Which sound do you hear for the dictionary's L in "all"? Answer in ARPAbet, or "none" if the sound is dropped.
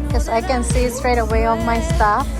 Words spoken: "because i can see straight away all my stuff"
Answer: N